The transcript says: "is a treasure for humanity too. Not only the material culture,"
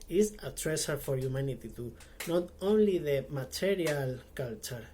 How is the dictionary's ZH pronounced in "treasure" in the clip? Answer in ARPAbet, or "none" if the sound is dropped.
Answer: S